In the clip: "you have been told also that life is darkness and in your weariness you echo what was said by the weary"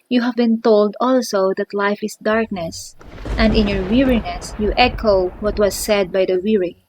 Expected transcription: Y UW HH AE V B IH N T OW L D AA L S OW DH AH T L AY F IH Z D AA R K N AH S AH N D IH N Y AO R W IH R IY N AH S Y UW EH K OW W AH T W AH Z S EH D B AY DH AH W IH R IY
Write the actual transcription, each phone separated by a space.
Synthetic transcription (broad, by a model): Y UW HH AE V B IH N T OW L D AA L S OW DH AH T L AY F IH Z D AA R K N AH S AH N D IH N Y AO R W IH R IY N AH S Y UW EH K OW W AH T W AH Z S EH D B AY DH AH W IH R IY